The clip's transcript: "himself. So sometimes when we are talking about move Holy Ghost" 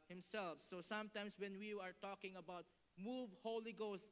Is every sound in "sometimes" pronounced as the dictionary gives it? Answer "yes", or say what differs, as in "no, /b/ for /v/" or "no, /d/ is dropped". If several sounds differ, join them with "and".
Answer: no, /s/ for /z/